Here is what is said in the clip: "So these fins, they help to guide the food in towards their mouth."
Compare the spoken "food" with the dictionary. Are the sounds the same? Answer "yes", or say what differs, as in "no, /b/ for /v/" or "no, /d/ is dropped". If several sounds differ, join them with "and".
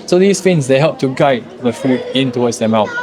yes